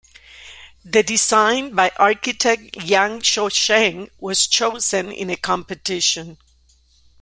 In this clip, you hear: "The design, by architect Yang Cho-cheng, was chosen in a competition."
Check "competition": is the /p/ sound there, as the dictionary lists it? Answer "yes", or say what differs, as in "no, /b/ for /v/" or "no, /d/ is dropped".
yes